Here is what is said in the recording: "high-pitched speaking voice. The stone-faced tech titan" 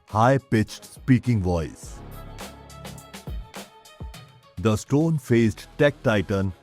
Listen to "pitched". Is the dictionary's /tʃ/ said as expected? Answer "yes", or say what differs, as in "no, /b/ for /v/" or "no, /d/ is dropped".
yes